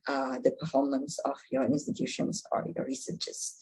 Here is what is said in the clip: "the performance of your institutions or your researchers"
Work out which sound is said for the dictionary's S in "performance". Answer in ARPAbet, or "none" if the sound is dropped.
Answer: S